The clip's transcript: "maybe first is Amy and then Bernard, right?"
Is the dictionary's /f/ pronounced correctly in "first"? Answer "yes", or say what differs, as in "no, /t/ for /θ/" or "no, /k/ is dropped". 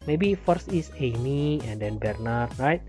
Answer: yes